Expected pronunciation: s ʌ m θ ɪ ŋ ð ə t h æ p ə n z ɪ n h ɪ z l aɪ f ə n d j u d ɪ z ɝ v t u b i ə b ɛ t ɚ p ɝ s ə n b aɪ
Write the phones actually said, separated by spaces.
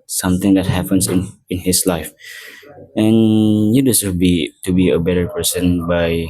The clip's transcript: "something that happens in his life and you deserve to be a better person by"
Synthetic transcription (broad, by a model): s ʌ m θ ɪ ŋ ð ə t h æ p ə n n ɪ n h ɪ s l aɪ f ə n j u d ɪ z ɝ b t u b i ə b ɛ t ɚ p ɝ s ə n b aɪ